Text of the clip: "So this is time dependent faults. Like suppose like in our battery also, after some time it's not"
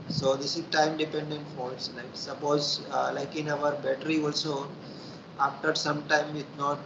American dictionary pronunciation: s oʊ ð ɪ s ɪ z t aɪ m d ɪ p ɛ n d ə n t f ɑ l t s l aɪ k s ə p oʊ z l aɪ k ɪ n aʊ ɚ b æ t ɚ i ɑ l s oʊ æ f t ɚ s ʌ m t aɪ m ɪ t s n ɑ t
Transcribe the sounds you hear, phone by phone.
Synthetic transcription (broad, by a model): s oʊ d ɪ s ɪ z t aɪ m d ɪ p ɛ n d ə n t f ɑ t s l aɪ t s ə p oʊ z l aɪ k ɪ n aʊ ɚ b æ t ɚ i ɑ l s oʊ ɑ f t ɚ s ʌ m t aɪ m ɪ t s n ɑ t